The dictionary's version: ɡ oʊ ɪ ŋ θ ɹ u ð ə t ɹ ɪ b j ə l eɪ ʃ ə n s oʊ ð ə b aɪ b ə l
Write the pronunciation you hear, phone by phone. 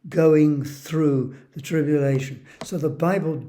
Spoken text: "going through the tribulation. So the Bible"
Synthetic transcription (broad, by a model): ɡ oʊ ɪ ŋ θ ɹ u ð ə t ɹ ɪ b j ə l eɪ ʃ ə n s oʊ ð ə b aɪ b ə l